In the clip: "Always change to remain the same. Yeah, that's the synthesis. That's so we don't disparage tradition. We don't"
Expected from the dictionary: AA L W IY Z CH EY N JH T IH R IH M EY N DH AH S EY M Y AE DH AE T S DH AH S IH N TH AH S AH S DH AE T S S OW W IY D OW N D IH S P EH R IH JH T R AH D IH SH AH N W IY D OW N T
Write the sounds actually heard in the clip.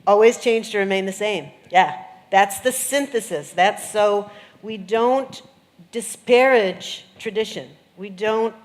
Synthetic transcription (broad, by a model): AA L W IY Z CH EY N JH T IH R IH M EY N DH AH S EY M Y AE DH AE T S DH AH S IH N TH AH S AH S DH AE T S S OW W IY D OW N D IH S P EH R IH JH T R AH D IH SH AH N W IY D OW N T